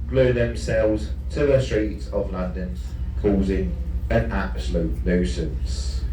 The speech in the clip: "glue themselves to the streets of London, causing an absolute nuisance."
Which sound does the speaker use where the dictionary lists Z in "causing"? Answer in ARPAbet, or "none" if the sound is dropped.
Z